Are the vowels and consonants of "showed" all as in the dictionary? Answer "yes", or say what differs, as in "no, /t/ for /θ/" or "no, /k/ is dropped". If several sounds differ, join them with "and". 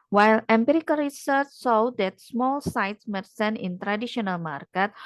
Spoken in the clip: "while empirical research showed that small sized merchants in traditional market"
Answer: no, /s/ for /ʃ/